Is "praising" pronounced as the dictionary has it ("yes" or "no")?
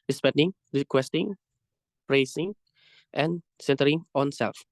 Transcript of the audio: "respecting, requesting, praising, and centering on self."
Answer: no